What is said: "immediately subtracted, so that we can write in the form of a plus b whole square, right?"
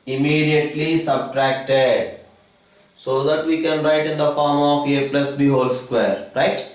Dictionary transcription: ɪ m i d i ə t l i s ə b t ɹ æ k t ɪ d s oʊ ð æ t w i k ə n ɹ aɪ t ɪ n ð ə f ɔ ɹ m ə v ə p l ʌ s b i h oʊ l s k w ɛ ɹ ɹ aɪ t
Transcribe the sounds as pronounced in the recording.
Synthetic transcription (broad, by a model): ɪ m i d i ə t l i s ə b t ɹ æ k t ɪ d s oʊ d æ t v i k ə n ɹ aɪ t ɪ n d ə f ɔ ɹ m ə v ə p l ʌ s b i h oʊ l s k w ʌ ɹ ɹ aɪ t